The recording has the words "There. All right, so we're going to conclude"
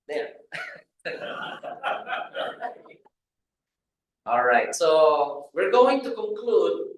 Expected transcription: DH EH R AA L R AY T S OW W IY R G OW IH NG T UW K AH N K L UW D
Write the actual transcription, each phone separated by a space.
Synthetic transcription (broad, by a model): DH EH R AA L R AY T S OW W IY R G OW IH NG T UW K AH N K L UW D